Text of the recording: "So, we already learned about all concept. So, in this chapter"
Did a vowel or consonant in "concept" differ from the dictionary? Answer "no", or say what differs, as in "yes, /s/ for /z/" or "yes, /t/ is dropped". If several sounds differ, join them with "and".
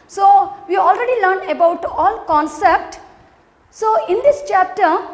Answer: no